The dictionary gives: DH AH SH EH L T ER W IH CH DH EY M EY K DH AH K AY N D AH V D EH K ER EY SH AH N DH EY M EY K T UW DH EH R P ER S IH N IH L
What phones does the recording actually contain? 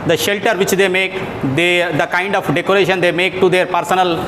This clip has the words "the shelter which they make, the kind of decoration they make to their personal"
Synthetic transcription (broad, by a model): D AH SH EH L T ER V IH CH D EY M EY K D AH K AY N D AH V D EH K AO EY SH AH N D EY M EY K T UW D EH R P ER S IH N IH L